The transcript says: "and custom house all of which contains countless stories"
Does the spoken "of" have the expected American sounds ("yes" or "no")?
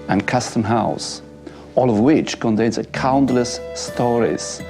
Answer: yes